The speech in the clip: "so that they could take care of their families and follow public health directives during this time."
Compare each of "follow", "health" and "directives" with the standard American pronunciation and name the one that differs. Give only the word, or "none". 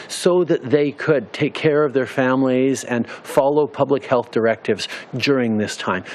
none